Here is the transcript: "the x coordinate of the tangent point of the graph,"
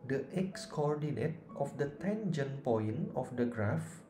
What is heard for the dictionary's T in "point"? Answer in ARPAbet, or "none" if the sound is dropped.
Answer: none